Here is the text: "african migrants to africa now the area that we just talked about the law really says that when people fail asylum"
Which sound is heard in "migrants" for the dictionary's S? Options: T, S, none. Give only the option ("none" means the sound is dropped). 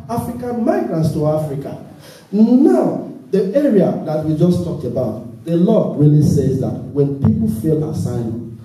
S